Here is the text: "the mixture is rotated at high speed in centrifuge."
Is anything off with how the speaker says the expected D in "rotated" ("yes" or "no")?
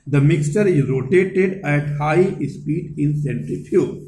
no